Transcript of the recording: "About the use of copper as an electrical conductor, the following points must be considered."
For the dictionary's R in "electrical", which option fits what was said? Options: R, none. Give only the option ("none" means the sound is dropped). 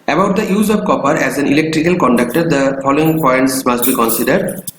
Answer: R